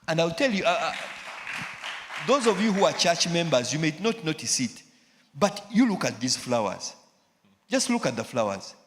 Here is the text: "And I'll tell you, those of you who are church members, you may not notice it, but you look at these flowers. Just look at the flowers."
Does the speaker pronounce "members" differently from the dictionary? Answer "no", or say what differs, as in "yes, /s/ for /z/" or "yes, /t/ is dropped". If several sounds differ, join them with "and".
no